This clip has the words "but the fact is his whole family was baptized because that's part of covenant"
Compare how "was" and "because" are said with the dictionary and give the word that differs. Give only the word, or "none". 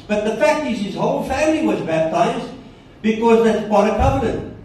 none